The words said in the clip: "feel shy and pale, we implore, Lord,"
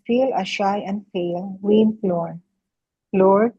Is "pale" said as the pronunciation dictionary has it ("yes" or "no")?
no